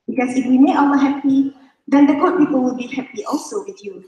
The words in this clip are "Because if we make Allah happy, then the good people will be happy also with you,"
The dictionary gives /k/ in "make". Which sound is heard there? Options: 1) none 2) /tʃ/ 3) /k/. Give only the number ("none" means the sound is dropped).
1